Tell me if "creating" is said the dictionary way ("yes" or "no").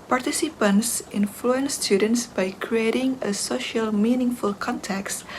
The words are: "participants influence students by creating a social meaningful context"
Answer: yes